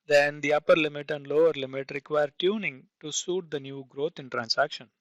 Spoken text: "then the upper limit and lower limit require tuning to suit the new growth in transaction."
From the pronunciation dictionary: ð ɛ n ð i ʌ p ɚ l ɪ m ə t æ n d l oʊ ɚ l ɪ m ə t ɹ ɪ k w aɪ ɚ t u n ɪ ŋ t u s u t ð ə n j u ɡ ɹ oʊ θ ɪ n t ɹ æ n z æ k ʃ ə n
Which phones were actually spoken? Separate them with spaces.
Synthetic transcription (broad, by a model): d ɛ n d i ʌ p ɚ l ɪ m ə t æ n d l oʊ ɚ l ɪ m ə t ɹ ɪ k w aɪ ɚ t u n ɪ ŋ t u s u t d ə n j u ɡ ɹ oʊ t ɪ n t ɹ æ n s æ k ʃ ə n